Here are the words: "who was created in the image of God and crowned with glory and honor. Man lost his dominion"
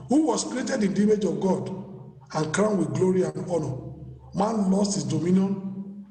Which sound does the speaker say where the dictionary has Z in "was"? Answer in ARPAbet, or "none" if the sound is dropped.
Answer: S